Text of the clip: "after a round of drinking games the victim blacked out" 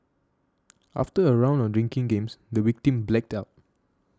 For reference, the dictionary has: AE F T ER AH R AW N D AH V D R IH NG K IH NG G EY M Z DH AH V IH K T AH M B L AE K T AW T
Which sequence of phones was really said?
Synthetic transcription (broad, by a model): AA F T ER AH R AW N D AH D R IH NG K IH NG G EY M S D AH W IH K T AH M B L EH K T AW T